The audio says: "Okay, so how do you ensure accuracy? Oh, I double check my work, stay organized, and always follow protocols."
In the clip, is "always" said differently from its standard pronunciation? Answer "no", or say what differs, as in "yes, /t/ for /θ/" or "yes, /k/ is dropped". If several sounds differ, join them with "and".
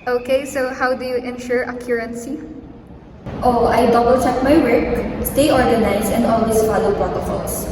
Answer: yes, /s/ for /z/